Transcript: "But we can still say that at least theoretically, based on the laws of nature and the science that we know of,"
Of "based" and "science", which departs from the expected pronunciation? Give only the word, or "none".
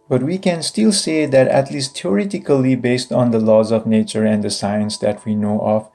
none